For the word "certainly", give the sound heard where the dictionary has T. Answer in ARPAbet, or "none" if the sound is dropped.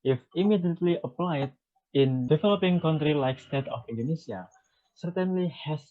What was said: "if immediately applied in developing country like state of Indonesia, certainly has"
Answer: T